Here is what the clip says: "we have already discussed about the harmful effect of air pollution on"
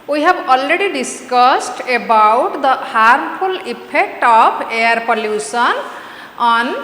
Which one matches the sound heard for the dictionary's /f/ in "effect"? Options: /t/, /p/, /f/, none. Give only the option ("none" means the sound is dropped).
/p/